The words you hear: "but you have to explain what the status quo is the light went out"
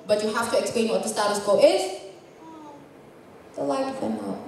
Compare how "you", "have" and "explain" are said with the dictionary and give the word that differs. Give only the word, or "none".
have